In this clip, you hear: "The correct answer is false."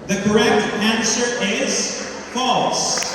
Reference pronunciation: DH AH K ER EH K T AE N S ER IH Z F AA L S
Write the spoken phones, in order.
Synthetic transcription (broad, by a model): DH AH K ER EH K T AE N S ER IH Z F AA L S